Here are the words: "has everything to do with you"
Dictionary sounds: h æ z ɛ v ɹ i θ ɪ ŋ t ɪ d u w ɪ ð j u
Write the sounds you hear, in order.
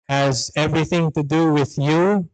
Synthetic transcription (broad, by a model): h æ z ɛ v ɹ i θ ɪ ŋ t ɪ d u w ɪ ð j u